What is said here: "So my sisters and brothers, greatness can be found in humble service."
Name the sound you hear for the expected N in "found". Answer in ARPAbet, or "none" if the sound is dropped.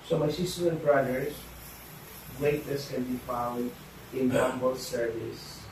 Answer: L